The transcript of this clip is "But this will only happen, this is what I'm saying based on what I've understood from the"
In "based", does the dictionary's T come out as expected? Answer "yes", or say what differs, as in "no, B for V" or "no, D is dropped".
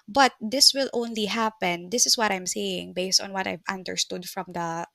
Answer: yes